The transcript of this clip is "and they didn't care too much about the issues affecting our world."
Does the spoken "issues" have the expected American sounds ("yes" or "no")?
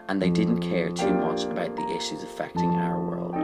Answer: yes